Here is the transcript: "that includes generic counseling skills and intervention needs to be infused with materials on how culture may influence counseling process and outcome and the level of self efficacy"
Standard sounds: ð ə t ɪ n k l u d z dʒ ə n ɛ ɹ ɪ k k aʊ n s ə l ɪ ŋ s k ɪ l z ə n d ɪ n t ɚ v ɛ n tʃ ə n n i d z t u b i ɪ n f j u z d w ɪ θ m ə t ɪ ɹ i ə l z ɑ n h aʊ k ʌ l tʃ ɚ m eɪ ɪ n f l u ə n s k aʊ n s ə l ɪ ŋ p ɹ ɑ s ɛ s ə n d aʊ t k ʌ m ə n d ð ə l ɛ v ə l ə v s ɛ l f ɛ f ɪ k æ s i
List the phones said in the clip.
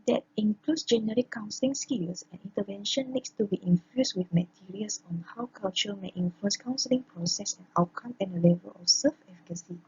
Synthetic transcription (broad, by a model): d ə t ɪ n k l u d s dʒ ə n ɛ ɹ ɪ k k aʊ n s ə l ɪ ŋ s k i l s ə n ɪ n t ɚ v ɛ n ʃ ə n n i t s t u b i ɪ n f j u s w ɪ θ m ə t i ɹ i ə l s ɑ n h aʊ k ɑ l tʃ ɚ m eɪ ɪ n f l u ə n s k aʊ n s ə l ɪ ŋ p ɹ ɑ s ɛ s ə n aʊ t k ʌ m ə n d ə l ɛ v ə l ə f s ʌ f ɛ f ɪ k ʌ s i